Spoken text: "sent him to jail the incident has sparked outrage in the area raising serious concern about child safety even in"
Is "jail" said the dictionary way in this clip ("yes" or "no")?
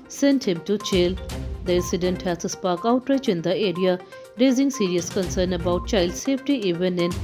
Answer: no